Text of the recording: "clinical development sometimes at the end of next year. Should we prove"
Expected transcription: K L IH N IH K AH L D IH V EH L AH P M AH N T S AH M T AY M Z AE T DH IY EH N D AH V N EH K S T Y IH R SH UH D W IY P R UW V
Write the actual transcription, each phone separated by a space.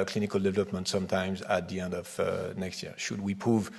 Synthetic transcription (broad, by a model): K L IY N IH K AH L D IH V EH L AH P M AH N T S AH M T AY M Z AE T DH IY EH N D AH V N EH K S T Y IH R SH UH D W IY P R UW V